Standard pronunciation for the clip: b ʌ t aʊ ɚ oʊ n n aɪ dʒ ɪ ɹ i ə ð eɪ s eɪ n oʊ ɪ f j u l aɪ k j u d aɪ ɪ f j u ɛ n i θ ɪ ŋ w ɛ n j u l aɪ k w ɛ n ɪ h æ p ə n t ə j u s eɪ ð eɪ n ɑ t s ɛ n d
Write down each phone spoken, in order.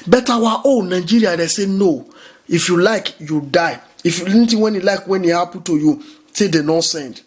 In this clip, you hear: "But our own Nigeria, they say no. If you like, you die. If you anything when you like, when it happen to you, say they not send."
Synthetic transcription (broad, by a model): b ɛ t aʊ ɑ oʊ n n aɪ dʒ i ɹ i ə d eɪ s eɪ n oʊ ɪ f j u l aɪ k j u d aɪ ɪ f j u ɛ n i t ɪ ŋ w ɛ n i l aɪ k w ɛ n ɪ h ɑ p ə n t ə j u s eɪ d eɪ n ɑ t s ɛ n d